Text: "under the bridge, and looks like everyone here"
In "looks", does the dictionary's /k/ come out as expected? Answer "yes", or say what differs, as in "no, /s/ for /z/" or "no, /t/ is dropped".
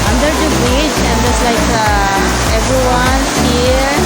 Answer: no, /k/ is dropped